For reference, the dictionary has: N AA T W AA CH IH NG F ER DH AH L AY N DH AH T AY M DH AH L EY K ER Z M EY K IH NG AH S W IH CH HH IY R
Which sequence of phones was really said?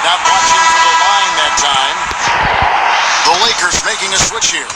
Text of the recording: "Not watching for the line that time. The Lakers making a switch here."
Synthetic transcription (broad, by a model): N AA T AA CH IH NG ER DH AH N AY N DH AH T AY M DH AH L EY K ER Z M EY K IH NG AH S W IH CH HH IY R